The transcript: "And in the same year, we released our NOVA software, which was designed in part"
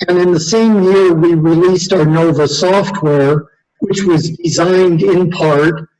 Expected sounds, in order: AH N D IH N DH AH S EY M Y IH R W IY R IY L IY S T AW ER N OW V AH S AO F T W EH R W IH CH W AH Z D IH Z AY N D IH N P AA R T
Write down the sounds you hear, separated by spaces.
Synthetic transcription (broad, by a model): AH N IH N DH AH S EY M Y IH R W IY R IY L IY S T AW ER N OW V AH S AO F T W EH R W IH CH W AH Z D IH Z AY N D IH N P AA R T